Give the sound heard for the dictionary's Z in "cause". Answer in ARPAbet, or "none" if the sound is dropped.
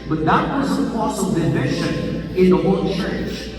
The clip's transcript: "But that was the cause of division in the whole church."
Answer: S